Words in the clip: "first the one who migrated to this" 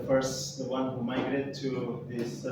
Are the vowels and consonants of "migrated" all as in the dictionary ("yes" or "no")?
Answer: no